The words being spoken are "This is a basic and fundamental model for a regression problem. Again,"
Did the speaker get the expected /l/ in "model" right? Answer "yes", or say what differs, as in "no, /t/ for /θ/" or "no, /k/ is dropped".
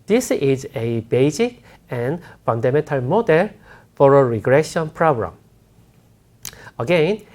yes